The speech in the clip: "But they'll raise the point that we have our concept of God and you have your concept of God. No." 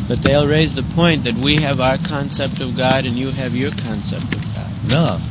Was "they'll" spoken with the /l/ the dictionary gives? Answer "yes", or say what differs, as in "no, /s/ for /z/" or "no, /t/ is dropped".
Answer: yes